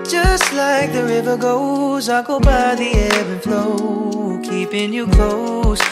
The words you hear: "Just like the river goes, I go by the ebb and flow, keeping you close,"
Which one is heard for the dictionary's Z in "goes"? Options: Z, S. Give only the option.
Z